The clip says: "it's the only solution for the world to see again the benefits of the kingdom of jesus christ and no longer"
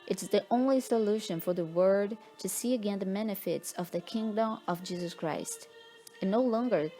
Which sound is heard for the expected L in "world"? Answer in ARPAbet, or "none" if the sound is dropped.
none